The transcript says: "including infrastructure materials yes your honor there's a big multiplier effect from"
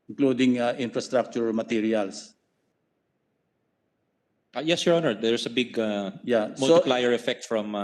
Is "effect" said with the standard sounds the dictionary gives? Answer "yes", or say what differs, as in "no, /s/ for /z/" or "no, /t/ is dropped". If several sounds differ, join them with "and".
yes